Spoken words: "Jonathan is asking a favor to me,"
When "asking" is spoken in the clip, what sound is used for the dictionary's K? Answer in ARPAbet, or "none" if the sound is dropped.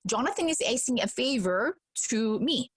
none